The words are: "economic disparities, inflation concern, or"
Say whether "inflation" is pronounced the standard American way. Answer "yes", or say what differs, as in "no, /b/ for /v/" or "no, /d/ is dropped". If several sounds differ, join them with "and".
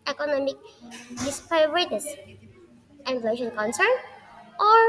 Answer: no, /f/ is dropped